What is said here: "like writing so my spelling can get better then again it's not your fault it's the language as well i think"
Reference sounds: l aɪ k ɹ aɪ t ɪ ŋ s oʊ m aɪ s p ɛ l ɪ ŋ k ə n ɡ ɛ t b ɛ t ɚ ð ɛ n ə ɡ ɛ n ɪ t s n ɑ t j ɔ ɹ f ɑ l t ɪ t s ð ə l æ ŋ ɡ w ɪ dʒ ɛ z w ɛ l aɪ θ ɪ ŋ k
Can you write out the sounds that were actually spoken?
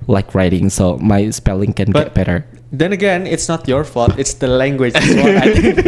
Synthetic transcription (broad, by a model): l aɪ k ɹ aɪ t ɪ ŋ s oʊ m aɪ s p ɛ l ɪ ŋ k ə n ɡ ɛ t b ɛ t ɚ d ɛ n ə ɡ ɛ n ɪ t s n ɑ t j ɔ ɹ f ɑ t ɪ t s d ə l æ ŋ ɡ w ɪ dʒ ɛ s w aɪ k